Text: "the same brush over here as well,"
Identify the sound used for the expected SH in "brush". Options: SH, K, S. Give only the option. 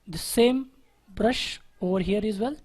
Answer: SH